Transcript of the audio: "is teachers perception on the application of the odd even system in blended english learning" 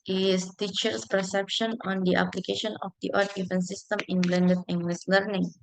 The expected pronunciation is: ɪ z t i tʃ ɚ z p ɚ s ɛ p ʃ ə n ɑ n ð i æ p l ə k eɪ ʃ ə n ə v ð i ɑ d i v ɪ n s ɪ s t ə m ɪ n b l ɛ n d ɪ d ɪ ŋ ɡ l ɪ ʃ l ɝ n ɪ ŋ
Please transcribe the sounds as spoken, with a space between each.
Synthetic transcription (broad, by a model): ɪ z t i tʃ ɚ s p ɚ s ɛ p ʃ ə n ɑ n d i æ p l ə k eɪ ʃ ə n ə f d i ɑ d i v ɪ n s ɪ s t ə m ɪ n b l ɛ n d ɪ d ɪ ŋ ɡ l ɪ s l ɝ n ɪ ŋ